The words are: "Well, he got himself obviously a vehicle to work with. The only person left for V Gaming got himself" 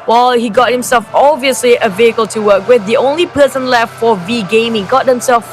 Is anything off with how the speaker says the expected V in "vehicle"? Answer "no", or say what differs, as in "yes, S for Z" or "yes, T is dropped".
no